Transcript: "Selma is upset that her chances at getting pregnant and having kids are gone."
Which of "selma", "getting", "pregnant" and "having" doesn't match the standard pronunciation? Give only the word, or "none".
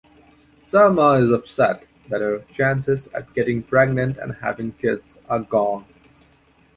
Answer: selma